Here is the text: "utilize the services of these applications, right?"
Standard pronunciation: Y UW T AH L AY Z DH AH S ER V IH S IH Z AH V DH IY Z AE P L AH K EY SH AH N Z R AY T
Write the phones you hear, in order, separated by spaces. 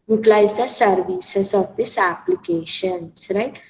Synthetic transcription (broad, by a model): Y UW T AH L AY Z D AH S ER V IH S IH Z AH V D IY S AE P L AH K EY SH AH N S R AY T